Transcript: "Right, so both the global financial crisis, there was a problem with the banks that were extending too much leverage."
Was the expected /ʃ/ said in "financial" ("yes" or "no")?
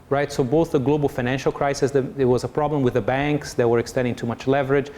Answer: yes